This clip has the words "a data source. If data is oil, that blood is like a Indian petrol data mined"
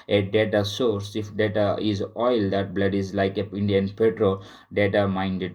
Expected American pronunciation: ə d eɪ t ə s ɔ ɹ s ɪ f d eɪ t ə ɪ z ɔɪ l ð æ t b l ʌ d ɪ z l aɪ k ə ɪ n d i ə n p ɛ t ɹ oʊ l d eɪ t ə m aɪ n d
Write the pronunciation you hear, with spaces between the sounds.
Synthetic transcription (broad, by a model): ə d eɪ t ə s ɔ ɹ s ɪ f d eɪ t ə ɪ z ɔɪ l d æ t b l ʌ d ɪ z l aɪ k ə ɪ n d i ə n p ɛ t ɹ oʊ l d eɪ t ə m aɪ n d